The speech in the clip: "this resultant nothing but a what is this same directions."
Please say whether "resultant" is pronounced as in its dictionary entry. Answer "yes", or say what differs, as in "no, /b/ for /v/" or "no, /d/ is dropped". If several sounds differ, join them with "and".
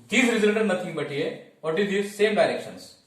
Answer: no, /n/ is dropped